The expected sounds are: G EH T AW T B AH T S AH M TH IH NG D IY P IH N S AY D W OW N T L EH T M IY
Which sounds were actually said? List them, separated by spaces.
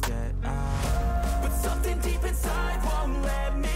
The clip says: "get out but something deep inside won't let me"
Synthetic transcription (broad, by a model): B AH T S AH M TH IH NG D IY P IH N S AY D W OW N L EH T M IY